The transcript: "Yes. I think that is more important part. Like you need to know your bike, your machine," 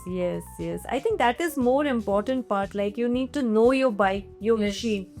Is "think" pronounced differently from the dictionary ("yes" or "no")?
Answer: yes